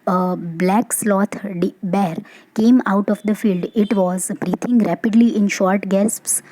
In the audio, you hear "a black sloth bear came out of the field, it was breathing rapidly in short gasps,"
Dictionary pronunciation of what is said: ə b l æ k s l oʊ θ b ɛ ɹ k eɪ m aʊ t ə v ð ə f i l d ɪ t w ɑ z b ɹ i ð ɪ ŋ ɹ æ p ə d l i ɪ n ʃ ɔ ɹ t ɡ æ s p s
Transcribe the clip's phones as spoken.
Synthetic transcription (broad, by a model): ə b l æ k s l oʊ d b ɛ ɹ k eɪ m aʊ t ə v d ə f i l d ɪ t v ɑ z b ɹ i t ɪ ŋ ɹ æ p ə d l i ɪ n ʃ ɔ ɹ t ɡ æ s p s